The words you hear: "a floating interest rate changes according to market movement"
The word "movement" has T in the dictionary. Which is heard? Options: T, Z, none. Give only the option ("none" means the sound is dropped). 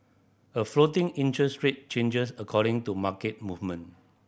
none